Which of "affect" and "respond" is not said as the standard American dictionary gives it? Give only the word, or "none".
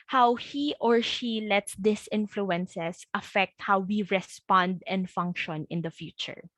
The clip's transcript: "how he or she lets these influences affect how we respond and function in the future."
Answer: none